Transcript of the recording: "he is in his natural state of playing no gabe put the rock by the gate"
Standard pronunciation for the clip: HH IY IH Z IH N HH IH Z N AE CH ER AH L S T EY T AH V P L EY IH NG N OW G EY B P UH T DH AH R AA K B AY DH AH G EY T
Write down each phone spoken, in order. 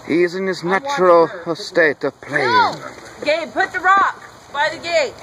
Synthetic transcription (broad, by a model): HH IY IH Z IH N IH Z N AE CH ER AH L S T EY T AH V P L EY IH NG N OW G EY P UH T DH AH R AA K B AY DH AH G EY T